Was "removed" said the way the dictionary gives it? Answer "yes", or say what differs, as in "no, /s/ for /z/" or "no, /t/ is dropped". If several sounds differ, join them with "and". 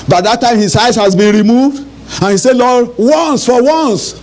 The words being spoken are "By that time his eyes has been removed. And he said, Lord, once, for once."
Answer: yes